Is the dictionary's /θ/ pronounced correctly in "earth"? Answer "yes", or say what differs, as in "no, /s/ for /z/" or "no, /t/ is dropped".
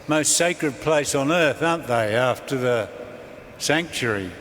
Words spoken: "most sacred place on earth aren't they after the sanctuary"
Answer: yes